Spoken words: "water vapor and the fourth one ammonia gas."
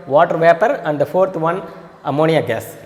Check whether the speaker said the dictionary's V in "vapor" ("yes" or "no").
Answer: yes